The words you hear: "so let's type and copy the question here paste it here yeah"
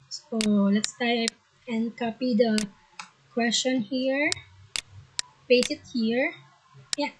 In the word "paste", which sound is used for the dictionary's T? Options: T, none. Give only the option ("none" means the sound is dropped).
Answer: none